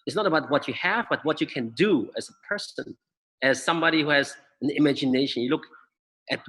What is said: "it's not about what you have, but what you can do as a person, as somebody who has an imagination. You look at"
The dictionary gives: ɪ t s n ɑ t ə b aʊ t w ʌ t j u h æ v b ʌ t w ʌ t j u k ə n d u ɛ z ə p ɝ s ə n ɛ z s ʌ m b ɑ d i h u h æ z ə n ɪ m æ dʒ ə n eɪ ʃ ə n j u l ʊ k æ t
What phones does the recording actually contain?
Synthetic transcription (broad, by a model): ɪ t s n ɑ t ə b aʊ t w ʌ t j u h æ v b ʌ t w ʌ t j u k ə n d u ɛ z ə p ɝ s ə n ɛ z s ʌ m b ɑ d i h u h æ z ə n ɪ m æ dʒ ə n eɪ ʃ ə n j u l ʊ k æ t